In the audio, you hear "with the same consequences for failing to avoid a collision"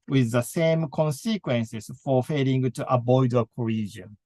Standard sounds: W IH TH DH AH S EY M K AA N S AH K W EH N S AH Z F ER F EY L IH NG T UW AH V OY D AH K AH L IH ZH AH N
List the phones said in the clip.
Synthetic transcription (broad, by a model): W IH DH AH S EY M K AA N S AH K W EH N S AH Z F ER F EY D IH NG T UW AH B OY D AH K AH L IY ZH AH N